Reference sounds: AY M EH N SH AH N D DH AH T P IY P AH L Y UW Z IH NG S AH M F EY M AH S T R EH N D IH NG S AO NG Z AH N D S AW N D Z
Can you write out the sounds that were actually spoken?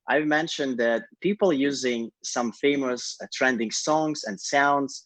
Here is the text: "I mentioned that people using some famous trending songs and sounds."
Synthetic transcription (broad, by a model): AY M EH N SH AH N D DH AH T P IY P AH L Y UW Z IH NG S AH M F EY M AH S T R EH N D IH NG S AO NG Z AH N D S AW N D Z